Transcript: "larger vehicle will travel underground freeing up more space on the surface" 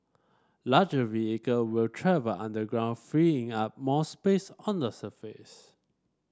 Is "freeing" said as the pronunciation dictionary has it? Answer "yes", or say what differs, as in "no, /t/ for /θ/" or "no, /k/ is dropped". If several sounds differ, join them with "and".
yes